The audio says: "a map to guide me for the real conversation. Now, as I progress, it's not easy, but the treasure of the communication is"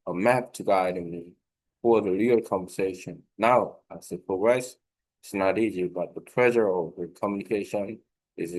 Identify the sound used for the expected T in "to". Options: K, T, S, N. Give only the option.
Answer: T